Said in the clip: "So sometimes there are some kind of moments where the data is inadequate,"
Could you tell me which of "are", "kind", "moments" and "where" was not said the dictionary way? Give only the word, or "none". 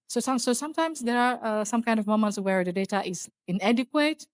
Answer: none